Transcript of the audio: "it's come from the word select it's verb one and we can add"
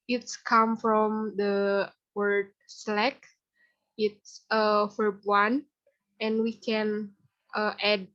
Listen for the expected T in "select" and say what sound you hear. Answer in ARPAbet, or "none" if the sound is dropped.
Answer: none